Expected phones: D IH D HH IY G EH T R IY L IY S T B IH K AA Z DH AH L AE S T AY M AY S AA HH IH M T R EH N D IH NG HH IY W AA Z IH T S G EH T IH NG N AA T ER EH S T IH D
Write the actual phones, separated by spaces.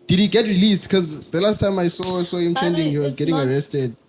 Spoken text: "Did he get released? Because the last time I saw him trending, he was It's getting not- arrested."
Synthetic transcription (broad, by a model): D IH D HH IY G EH T R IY L IY S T K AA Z DH AH L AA S T AY M AY S AA HH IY M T EH N D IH NG HH IY W AA Z G EH T IH NG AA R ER EH S T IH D